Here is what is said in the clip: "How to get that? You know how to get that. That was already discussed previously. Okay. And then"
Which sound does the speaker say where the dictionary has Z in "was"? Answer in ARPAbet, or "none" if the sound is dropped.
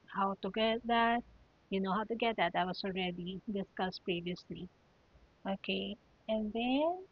S